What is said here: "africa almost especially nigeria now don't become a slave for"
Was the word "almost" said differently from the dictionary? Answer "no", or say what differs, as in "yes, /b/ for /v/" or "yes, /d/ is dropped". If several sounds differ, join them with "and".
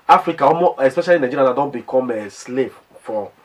yes, /l/ is dropped